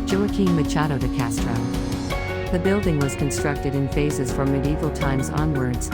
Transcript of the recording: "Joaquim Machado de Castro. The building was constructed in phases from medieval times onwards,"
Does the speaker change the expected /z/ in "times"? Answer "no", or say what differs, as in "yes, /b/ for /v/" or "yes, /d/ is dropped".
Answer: no